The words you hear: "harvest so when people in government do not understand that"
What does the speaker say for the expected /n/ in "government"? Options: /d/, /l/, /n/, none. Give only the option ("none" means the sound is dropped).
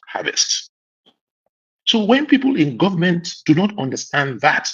/n/